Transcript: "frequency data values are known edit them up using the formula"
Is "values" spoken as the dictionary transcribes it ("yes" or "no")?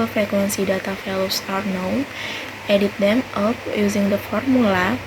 no